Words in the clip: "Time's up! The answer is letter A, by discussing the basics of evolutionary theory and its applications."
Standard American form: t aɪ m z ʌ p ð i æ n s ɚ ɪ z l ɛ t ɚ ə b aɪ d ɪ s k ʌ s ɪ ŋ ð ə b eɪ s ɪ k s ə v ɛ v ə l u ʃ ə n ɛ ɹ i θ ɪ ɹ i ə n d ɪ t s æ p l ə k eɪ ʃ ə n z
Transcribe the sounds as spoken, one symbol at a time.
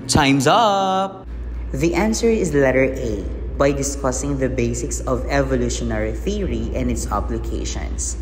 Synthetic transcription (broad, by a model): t aɪ m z ʌ p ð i æ n s ɚ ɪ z l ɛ t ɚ ə b aɪ d ɪ s k ʌ s ɪ ŋ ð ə b eɪ s ɪ k s ə v ɛ v ə l u ʃ ə n ɛ ɹ i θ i ɹ i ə n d ɪ t s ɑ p l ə k eɪ ʃ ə n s